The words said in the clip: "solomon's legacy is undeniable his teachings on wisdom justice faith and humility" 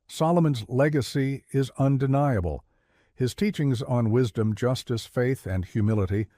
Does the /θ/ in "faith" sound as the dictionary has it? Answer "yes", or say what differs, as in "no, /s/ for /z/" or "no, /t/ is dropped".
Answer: yes